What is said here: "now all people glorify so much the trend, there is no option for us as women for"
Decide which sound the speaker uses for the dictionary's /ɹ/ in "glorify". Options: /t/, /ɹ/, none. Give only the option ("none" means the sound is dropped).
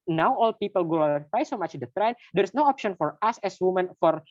none